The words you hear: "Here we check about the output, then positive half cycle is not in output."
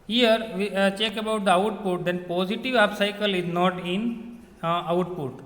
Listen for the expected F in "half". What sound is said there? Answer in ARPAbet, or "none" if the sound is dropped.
P